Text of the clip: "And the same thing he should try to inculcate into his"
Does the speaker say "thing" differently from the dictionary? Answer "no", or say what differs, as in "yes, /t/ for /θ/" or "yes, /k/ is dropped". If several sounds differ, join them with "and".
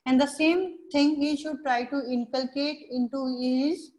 yes, /t/ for /θ/